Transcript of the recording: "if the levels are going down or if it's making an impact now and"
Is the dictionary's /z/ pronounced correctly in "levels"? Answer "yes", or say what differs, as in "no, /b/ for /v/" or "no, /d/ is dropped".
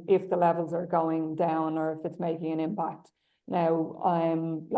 yes